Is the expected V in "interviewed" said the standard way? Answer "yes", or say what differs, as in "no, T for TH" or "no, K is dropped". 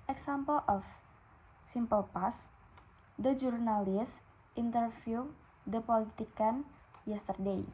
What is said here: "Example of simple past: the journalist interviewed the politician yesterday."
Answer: no, F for V